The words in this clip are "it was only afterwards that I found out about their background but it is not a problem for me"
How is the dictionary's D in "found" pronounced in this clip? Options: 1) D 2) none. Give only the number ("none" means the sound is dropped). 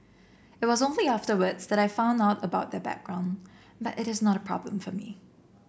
1